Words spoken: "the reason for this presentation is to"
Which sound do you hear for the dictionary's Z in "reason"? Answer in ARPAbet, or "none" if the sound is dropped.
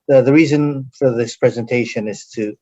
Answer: Z